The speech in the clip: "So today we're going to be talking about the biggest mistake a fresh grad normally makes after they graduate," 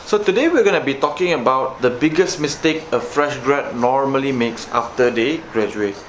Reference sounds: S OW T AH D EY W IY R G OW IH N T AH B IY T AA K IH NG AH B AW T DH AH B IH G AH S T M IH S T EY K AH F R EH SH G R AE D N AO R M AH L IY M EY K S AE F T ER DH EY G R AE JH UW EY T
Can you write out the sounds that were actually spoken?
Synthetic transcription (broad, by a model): S OW T AH D EY W IY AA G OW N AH B IY T AA K IH NG AH B AW T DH AH B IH G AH S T M IH S T EY K AH F R EH SH G R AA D N AO R M AH L IY M EY K S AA F T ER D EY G R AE JH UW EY T